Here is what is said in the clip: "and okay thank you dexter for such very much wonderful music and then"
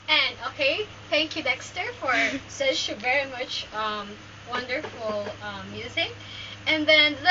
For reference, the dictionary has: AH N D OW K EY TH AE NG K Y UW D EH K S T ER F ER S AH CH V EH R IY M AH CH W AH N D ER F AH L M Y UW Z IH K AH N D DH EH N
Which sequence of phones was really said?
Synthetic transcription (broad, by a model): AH N OW K EY TH AE NG K Y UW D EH K S T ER F ER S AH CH V EH R IY M AH CH W AH N D ER F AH M Y UW Z IH K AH N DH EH N